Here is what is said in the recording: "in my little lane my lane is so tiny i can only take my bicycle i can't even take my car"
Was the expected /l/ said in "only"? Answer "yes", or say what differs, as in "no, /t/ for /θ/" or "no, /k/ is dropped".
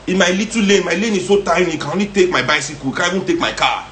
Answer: no, /l/ is dropped